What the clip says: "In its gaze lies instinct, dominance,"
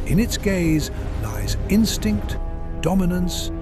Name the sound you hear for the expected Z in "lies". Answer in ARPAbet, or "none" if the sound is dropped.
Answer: Z